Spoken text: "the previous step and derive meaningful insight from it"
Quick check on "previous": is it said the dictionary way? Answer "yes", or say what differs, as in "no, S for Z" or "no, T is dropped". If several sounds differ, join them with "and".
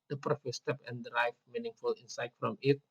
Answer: no, F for V